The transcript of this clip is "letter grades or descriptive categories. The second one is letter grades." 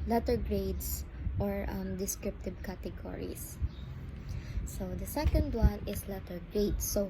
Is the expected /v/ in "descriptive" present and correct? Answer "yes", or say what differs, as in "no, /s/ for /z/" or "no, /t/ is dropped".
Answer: no, /b/ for /v/